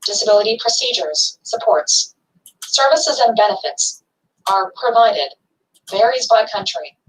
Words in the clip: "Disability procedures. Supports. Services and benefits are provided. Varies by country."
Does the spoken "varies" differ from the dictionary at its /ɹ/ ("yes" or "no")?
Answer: no